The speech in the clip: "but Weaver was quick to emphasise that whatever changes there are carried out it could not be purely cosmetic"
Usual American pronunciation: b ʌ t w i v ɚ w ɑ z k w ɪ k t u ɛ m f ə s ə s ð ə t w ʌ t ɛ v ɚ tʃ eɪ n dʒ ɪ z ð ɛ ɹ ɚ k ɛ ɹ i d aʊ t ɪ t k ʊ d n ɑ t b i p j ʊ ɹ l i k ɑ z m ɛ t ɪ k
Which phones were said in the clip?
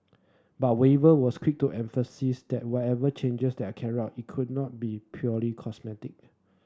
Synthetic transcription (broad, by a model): b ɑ t w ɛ v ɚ w ɑ s k w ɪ k t u ɛ m f ə s ə s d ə t w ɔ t ɛ v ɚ tʃ eɪ n dʒ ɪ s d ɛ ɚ k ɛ ɹ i aʊ t ɪ t k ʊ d n ɑ t b i p j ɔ l i k ɑ s m ɛ t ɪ k